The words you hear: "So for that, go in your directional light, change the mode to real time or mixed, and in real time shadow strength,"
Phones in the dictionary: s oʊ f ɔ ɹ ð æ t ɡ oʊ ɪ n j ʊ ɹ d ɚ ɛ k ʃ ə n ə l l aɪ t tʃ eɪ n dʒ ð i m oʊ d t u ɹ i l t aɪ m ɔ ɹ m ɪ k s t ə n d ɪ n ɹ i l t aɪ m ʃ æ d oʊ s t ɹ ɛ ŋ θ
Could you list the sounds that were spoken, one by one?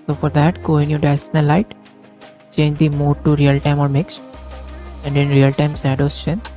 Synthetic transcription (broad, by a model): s oʊ f ɔ ɹ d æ t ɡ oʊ ɪ n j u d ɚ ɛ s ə n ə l l aɪ t tʃ eɪ n dʒ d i m oʊ d t u ɹ i l t aɪ m ɔ ɹ m ɪ k s t ə n d ɪ n ɹ i l t aɪ m s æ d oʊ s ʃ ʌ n